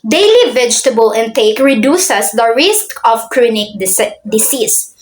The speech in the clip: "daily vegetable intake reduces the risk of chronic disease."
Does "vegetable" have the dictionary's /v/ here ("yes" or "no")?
yes